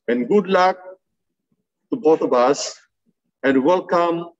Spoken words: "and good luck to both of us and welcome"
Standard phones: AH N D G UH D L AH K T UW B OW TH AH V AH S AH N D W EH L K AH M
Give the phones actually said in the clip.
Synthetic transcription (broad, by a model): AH N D G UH D L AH K T UW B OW T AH B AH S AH N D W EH L K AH M